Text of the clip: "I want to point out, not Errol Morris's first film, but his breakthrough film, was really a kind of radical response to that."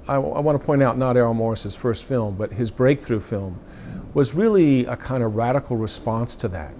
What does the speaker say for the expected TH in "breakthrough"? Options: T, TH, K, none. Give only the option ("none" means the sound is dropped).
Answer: TH